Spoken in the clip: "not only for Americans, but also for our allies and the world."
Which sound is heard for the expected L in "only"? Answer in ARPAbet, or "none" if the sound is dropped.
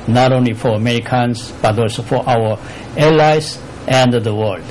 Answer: L